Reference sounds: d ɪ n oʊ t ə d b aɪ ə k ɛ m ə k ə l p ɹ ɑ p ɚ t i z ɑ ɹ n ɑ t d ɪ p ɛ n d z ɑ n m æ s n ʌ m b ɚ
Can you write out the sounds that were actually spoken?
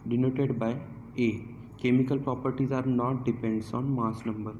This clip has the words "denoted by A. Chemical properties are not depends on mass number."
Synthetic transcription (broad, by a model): d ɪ n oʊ t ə d b aɪ ə k ɛ m ə k ə l p ɹ ɑ p ɚ t i z ɑ ɹ n ɑ t d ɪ p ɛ n d s ɑ n m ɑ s n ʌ m b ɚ